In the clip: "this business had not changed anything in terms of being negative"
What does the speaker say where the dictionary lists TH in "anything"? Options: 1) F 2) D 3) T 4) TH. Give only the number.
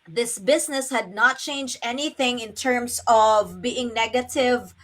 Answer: 4